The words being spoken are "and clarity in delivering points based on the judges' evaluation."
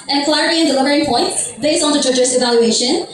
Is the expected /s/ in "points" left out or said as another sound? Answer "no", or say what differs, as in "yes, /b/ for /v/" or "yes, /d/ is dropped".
yes, /s/ is dropped